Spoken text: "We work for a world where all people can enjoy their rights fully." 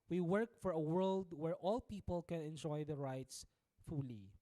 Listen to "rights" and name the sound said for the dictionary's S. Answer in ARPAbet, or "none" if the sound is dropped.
S